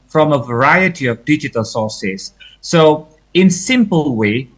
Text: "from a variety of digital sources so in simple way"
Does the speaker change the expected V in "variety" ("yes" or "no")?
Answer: no